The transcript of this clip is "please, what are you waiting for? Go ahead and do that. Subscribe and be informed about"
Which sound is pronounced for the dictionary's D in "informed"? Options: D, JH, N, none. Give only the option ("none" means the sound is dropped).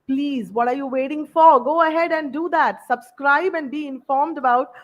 D